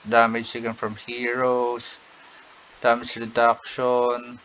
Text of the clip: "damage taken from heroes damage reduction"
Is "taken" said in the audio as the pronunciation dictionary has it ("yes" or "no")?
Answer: no